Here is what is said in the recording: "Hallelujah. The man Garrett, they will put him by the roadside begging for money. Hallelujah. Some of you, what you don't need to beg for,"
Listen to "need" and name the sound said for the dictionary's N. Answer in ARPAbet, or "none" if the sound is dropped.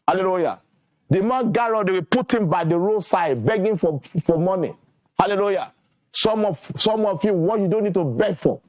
N